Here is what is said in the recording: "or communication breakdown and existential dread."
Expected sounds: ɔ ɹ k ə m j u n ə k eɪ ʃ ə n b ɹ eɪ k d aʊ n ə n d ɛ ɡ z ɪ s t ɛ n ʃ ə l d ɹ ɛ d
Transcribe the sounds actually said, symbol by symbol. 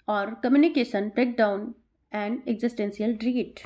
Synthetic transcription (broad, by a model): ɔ ɹ k ə m j u n ə k eɪ ʃ ə n b ɹ eɪ k d aʊ n ə n d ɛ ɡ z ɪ s t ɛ n s ə l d ɹ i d